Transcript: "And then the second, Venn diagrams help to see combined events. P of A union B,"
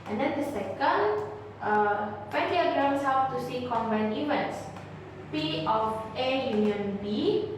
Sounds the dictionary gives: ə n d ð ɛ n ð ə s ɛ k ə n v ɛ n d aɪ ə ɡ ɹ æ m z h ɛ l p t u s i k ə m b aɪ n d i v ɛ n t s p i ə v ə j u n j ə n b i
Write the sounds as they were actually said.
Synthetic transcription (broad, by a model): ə n d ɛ n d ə s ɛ k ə n p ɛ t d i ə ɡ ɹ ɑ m s h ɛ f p t u s i k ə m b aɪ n i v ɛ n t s p i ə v ə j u n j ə n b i